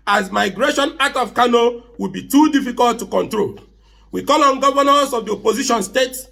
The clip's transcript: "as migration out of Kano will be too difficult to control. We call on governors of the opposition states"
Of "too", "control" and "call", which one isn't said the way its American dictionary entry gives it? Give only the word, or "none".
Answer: none